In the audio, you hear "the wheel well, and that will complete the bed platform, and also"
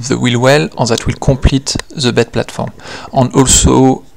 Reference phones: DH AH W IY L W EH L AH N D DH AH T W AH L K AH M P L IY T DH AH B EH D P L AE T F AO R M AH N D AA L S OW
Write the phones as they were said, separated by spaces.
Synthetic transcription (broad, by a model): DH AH W IY L W EH L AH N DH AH T W AH L K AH P L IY T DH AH B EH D P L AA T F AO R M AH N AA L S OW